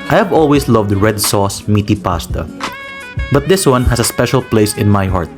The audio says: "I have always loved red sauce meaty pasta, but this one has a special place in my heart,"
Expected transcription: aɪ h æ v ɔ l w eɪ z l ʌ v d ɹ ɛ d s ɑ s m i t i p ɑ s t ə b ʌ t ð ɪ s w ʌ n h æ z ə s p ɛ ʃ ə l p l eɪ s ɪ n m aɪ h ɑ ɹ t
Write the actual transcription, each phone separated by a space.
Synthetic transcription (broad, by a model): aɪ h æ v ɔ l w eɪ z l ʌ v d ɹ ɛ d s ɑ s m i t i p ɑ s t ə b ʌ t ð ɪ s w ʌ n h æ s ə s p ɛ ʃ ə l p l eɪ s ɪ n m aɪ h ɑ ɹ t